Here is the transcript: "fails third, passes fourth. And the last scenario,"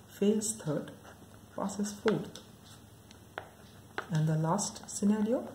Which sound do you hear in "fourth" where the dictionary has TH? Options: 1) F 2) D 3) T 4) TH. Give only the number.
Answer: 3